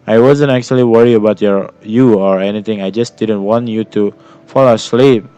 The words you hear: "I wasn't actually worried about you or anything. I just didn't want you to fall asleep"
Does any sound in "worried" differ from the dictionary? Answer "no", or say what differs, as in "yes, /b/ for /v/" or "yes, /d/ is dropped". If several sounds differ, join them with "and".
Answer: yes, /d/ is dropped